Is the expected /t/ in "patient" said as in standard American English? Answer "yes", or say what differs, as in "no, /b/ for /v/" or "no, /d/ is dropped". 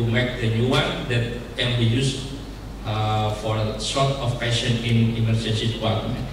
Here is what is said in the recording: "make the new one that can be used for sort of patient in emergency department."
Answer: no, /t/ is dropped